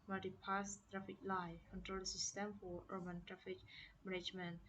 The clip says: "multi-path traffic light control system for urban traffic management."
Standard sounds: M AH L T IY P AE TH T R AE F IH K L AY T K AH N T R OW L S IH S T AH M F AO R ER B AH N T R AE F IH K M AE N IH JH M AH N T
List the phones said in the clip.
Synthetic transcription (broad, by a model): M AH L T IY P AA S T R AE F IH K L AY K AH N T R OW L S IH S T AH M F AO R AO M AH N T R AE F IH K M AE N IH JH M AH N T